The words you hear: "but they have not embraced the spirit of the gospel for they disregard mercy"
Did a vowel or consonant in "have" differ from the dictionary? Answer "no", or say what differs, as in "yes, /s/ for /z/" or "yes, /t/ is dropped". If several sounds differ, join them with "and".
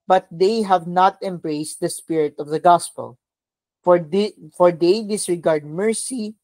no